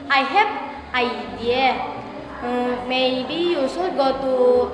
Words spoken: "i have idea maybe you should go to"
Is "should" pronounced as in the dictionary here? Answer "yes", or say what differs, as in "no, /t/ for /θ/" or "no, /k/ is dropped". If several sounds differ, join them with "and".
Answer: no, /s/ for /ʃ/